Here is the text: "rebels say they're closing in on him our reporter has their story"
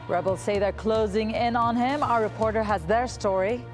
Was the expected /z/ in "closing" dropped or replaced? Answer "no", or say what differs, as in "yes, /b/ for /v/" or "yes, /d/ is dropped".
no